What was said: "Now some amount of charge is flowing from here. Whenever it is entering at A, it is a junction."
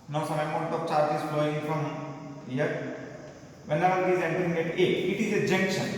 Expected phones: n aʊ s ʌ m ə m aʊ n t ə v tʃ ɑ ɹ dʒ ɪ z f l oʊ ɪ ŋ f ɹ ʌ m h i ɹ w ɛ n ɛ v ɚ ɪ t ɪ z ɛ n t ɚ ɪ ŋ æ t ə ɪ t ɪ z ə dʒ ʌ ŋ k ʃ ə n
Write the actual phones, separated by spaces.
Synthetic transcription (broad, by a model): n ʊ s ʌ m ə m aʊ t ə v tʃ ɑ ɹ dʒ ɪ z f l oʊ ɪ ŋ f ɹ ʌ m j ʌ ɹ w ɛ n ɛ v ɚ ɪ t ɪ z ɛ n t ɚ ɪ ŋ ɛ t ə ɪ t ɪ z ə dʒ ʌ ŋ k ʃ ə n